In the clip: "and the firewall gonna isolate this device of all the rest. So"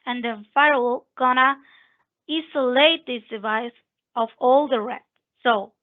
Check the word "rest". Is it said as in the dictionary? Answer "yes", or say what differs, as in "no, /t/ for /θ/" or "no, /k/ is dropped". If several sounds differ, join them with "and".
no, /s/ is dropped